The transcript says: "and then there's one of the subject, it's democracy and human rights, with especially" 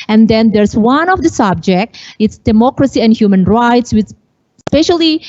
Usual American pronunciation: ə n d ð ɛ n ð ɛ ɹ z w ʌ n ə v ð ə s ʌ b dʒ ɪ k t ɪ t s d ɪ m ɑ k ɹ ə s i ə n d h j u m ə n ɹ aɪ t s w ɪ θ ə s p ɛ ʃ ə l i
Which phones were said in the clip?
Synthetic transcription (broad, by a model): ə n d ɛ n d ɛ ɹ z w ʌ n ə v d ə s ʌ b dʒ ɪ k t ɪ t s d ɪ m ɑ k ɹ ə s i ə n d h j u m ə n ɹ aɪ t s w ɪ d s p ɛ ʃ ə l i